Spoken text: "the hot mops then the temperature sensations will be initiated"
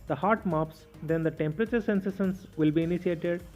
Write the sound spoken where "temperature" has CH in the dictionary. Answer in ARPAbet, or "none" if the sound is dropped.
CH